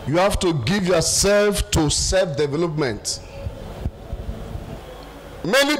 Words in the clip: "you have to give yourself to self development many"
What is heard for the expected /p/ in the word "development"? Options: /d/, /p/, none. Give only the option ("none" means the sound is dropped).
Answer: /p/